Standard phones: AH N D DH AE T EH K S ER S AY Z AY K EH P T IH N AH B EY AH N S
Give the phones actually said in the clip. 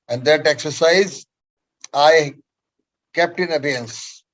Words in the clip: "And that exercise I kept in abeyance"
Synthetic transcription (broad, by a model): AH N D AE T EH K S ER S AY Z AY K EH P T IH N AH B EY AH N S